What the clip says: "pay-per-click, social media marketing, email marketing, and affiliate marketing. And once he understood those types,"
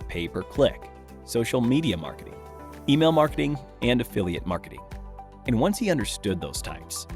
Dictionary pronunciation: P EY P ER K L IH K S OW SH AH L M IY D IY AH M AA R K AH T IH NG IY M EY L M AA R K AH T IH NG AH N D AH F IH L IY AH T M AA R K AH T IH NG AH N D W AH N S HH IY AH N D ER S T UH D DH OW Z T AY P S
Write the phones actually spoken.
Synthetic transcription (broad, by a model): P EY P ER K L IH K S OW SH L M IY D IY AH M AA R K AH T IH NG IY M EY L M AA R K AH T IH NG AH N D AH F IH L IY AH T M AA R K AH T IH NG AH N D W AH N S HH IY AH N D ER S T UH D DH OW Z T AY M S